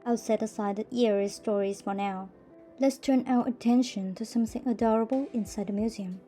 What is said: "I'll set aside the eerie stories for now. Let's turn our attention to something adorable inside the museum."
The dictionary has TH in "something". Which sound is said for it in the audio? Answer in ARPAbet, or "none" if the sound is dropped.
TH